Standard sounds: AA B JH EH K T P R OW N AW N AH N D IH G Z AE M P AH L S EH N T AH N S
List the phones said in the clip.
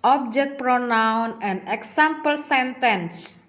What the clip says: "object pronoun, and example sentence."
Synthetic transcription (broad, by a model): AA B JH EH K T P R OW N AW N AH N D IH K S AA M P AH L S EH N T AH N S